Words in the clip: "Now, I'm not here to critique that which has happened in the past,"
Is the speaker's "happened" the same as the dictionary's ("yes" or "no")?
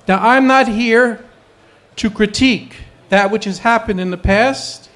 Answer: yes